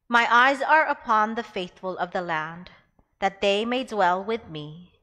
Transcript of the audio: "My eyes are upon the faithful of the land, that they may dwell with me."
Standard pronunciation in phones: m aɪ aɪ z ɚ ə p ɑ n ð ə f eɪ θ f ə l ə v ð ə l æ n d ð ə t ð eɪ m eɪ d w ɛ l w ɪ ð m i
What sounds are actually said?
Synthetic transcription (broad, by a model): m aɪ aɪ z ɚ ə p ɑ n ð ə f eɪ θ f ə l ə v ð ə l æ n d ð ə t ð eɪ m eɪ d w ɛ l w ɪ ð m i